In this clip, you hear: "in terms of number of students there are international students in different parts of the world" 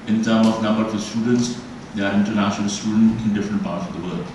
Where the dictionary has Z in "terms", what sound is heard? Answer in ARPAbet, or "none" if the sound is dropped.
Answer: none